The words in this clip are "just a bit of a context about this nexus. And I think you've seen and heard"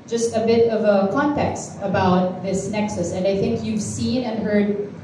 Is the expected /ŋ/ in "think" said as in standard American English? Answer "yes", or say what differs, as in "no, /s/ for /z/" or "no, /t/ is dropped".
yes